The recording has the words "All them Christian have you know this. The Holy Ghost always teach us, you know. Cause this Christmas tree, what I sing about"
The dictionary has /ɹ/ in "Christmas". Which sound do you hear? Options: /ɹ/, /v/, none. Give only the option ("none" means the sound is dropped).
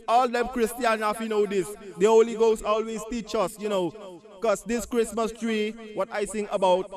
/ɹ/